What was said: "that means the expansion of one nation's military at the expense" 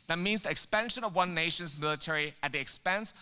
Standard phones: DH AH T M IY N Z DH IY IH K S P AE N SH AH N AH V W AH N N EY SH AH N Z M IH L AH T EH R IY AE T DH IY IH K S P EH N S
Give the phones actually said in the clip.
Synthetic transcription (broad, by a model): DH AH T M IY N Z DH IY IH K S P AE N SH AH N AH V W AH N N EY SH AH N Z M IH L AH T EH R IY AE T DH IY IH K S P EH N S